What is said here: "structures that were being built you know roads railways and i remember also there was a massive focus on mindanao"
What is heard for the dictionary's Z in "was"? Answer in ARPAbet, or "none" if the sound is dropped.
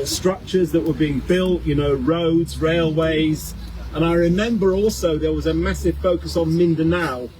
Z